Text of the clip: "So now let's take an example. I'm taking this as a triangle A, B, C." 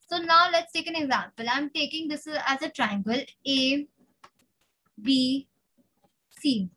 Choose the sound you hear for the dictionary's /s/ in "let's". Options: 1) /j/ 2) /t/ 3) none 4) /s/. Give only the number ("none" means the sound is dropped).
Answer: 4